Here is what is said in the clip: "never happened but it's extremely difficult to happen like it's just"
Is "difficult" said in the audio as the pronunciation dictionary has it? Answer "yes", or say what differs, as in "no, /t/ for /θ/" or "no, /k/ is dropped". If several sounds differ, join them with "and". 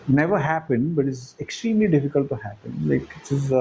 yes